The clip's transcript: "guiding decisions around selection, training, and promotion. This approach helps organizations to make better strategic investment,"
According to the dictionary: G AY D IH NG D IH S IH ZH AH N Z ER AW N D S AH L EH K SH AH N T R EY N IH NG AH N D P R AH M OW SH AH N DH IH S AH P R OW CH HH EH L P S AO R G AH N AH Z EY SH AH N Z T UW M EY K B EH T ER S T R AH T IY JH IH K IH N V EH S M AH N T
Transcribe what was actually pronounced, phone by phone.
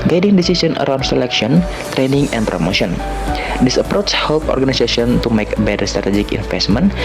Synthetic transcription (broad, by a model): G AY D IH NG D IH S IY S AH N ER AW N D S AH L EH K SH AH N T R EY N IH NG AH N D P R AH M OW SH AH N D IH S AH P R OW CH HH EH L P AO R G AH N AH S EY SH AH N T UW M EY K B EH T ER S T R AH T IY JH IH K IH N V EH S M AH N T